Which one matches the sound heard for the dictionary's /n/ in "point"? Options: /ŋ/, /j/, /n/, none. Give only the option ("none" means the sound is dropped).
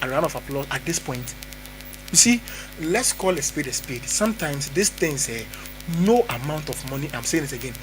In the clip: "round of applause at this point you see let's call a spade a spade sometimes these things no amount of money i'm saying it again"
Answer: /n/